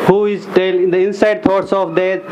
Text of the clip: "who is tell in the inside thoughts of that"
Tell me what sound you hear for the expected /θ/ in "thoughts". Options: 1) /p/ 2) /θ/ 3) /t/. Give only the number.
3